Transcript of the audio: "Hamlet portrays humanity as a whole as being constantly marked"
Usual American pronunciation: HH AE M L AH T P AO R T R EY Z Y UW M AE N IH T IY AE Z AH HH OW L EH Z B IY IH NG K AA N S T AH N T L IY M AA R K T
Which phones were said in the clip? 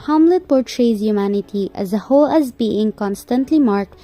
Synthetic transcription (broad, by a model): HH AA M L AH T P AO R T R EY Z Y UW M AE N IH T IY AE Z AH HH OW L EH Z B IY IH NG K AA N S T AH N T L IY M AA R K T